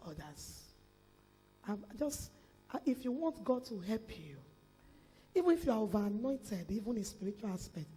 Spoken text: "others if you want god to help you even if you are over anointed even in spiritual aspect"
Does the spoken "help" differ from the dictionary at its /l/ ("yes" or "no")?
no